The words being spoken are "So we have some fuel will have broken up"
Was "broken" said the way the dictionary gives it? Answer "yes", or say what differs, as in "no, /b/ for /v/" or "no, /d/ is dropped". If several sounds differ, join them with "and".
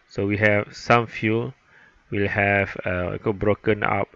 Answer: yes